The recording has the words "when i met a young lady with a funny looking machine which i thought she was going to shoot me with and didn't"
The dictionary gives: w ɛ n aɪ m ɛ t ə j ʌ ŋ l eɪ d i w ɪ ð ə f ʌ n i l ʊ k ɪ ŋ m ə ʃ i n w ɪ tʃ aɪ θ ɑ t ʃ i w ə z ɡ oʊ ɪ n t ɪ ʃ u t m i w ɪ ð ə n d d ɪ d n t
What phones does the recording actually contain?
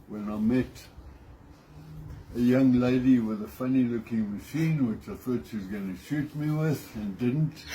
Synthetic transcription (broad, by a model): w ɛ n aɪ m ɛ t ə j ʌ ŋ l eɪ d i w ɪ ð ə f ʌ n i l ʊ k ɪ ŋ m ə ʃ i n w ɪ tʃ aɪ θ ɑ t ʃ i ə z ɡ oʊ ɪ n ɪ ʃ u t m i w ɪ ð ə n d d ɪ d n t